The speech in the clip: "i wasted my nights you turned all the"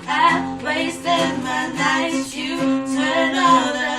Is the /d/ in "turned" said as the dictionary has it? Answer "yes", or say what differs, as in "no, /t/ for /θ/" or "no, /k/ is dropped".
no, /d/ is dropped